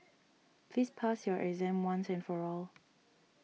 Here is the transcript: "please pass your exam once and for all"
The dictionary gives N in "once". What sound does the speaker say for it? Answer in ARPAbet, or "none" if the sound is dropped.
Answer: N